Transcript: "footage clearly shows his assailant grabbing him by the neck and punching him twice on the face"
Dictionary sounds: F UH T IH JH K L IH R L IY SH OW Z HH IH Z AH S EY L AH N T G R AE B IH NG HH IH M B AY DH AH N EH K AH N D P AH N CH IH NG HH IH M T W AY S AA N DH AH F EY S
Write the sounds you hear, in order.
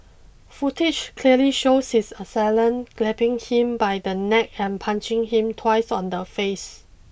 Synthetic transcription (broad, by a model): F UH T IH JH K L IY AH L IY SH OW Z HH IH S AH S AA L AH N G L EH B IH NG HH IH M B AY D AH N EH K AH N P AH N CH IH NG HH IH M T W AY S AA N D AH F EY S